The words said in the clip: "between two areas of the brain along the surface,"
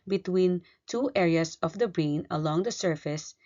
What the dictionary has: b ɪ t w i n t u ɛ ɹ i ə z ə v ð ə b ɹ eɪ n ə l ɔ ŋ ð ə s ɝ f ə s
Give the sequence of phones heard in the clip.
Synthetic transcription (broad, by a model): b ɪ t w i n t u ɛ ɹ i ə s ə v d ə b ɹ eɪ n ə l ɔ ŋ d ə s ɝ f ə s